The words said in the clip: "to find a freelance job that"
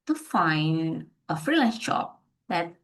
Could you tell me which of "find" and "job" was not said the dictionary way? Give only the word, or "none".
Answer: job